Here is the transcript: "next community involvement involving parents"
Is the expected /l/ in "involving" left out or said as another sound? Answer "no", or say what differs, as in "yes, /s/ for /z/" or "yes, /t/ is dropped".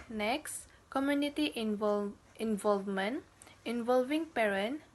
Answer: no